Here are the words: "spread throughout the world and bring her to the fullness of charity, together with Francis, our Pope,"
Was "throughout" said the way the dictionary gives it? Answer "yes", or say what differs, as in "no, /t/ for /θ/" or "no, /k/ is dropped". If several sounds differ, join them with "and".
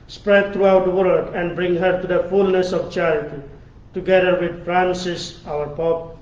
no, /t/ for /θ/